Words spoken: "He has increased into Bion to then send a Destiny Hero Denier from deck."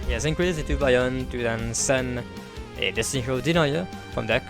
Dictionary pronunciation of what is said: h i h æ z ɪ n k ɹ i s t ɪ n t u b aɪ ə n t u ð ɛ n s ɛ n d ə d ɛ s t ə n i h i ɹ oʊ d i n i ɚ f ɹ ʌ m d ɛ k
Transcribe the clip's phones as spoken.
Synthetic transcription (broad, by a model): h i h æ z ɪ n k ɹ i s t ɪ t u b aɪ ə n t u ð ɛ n s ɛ n ə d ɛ s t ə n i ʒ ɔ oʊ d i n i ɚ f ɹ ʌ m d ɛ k